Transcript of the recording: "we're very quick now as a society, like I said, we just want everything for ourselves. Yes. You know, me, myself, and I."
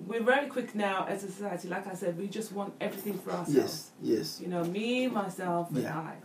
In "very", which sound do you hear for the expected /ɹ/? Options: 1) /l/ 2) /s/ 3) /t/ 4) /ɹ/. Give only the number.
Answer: 1